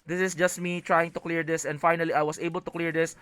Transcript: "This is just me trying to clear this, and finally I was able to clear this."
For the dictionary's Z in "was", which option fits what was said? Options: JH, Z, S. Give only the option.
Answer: S